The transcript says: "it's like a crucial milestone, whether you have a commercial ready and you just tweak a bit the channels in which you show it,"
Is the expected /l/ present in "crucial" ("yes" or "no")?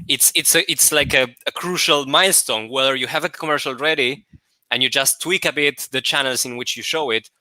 yes